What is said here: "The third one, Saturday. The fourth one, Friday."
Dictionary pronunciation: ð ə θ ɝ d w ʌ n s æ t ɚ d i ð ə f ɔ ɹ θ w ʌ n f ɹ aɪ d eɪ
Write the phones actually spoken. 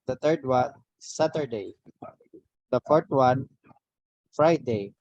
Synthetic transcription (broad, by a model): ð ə t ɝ d w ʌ n s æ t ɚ d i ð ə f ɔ ɹ t w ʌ n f ɹ aɪ d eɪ